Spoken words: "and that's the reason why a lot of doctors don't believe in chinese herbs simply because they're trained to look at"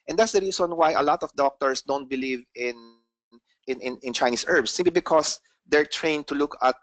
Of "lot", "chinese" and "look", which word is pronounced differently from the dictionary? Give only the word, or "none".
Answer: chinese